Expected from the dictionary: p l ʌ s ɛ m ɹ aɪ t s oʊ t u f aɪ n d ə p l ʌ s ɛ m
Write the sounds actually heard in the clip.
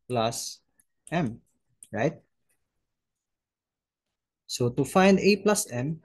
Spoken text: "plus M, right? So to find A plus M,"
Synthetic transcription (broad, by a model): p l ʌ s ɛ m ɹ aɪ t s oʊ t u f aɪ n d ə p l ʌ s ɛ m